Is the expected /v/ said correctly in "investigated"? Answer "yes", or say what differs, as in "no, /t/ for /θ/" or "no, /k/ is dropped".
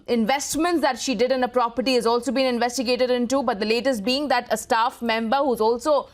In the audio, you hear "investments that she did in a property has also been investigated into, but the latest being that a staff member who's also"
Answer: yes